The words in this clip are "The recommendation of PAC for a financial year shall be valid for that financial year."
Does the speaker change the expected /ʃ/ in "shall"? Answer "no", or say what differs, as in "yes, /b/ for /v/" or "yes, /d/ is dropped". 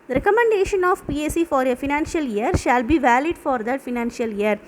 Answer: no